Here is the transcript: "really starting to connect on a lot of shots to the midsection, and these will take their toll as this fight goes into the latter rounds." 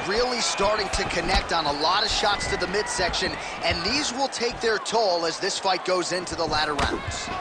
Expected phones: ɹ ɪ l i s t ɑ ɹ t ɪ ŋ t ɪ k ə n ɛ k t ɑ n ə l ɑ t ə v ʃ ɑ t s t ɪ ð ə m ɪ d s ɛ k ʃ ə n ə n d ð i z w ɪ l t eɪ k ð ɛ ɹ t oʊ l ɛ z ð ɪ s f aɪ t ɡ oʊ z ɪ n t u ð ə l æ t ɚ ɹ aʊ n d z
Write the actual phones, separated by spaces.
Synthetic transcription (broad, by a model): ɹ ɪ l i s t ɑ ɹ t ɪ ŋ t ɪ k ə n ɛ k t n ə l ɑ t ə v ʃ ɑ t s t ɪ ð ə m ɪ d s ɛ k ʃ ə n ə n ð i z w ɪ l t eɪ k ð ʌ ɹ t oʊ l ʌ z ð ɪ s f aɪ t ɡ oʊ z ɪ n t u ð ə l æ t ɚ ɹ aʊ n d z